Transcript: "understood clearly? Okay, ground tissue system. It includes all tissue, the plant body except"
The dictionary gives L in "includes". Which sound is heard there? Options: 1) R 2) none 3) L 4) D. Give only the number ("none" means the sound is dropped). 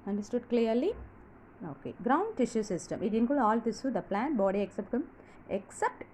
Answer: 2